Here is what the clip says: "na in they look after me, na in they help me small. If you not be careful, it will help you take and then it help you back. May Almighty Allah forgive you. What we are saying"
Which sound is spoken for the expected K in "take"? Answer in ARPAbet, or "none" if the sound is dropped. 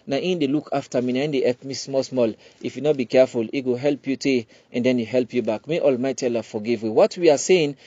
none